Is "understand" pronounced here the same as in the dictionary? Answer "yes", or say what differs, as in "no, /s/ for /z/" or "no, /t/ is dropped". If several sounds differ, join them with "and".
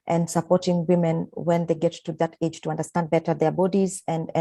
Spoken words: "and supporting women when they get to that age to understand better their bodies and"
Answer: yes